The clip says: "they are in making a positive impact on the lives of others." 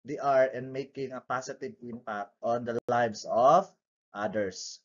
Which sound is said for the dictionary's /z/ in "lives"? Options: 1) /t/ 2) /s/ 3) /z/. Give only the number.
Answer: 2